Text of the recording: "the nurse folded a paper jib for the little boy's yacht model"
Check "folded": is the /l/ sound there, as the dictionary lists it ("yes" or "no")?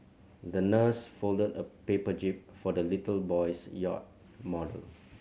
yes